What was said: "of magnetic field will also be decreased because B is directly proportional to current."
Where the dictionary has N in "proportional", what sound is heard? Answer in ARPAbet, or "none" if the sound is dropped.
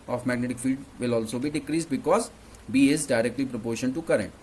none